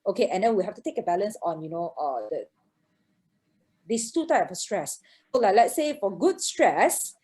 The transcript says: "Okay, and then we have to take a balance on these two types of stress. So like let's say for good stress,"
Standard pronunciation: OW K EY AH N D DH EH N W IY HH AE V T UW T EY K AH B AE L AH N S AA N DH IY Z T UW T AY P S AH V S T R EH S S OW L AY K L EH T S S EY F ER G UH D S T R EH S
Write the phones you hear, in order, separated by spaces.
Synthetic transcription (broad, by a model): OW K EY AH N D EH N W IY HH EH F T UW T EY K AH B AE L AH N S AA N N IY S T UW T AY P AH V S T R EH S S OW L AY K L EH T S S EY F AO G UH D S T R EH S